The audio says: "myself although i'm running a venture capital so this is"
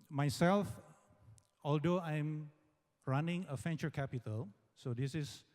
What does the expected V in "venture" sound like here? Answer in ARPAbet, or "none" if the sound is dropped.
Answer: F